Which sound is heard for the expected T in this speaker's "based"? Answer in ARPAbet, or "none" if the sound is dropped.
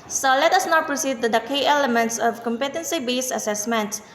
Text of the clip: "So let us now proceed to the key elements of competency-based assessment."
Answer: none